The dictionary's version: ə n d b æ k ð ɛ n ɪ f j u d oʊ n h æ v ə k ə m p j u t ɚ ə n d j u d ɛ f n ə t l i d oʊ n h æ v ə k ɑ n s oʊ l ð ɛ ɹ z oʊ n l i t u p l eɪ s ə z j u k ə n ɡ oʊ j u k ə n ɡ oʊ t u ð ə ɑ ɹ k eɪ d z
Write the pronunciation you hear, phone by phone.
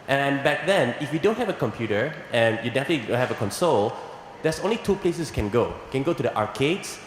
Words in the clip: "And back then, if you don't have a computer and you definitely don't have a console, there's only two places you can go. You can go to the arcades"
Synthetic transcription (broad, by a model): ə n b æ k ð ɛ n ɪ f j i d oʊ n h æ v ə k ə m p j u t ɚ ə n j u d ɛ f n ə t l i d oʊ n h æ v ə k ɑ n s oʊ l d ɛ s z oʊ n l i t u p l eɪ s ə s k ə n ɡ oʊ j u k ə n ɡ oʊ t u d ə ɑ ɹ k eɪ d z